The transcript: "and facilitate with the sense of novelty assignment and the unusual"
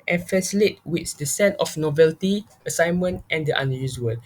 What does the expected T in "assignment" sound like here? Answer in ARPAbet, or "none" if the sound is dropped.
T